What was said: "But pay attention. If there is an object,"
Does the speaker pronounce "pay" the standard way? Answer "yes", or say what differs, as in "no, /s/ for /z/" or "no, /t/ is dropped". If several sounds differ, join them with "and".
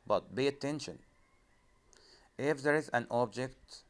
no, /b/ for /p/